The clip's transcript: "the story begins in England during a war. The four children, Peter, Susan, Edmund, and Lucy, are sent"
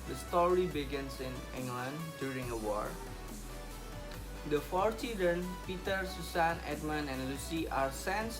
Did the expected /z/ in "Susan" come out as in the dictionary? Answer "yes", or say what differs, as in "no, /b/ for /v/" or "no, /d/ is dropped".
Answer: no, /s/ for /z/